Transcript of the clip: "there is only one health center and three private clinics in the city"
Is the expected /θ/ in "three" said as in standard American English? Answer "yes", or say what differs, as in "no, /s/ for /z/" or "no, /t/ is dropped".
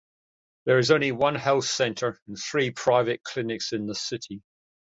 yes